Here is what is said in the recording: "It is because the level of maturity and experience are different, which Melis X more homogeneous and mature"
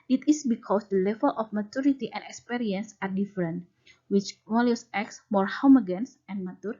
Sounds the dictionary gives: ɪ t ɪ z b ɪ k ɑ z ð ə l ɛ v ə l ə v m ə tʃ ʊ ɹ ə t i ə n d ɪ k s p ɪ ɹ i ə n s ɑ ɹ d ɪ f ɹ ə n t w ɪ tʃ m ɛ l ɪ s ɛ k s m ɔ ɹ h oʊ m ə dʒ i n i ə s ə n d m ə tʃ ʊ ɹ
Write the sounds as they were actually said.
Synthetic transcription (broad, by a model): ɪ t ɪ s b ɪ k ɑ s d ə l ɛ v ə l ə f m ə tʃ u ɹ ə t i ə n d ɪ k s p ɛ ɹ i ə n s ɑ ɹ d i f ɹ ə n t w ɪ tʃ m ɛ l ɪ s ɛ k s m ɔ ɹ h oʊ m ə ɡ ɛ n s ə n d m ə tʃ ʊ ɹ